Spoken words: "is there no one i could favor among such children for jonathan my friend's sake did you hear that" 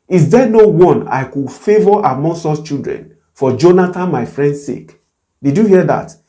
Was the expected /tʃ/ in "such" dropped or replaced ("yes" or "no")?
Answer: yes